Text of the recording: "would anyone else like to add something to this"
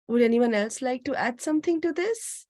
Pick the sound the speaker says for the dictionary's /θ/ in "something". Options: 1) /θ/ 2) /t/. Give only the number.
2